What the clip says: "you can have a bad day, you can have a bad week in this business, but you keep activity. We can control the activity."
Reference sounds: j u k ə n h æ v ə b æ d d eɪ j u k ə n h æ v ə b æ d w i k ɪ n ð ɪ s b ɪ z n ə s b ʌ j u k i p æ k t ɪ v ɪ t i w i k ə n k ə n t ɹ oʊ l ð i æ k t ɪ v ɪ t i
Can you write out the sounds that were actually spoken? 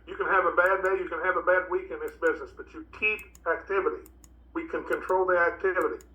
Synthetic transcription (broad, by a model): j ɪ k ə n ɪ v ə b æ d d eɪ j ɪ k ə n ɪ v ə b æ d w i k ɪ n ð ɪ s b ɪ z n ə s b ʌ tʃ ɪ k i p æ k t ɪ v ɪ t i w i k ə n k ə n t ɹ oʊ l ð i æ k t ɪ v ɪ t i